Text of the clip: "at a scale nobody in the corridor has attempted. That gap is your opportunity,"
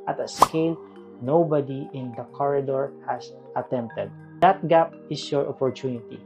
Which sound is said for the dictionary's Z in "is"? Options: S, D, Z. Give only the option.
S